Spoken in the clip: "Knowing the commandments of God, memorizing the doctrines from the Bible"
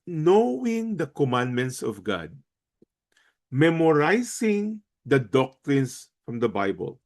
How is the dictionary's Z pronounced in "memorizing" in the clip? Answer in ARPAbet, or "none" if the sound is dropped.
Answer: S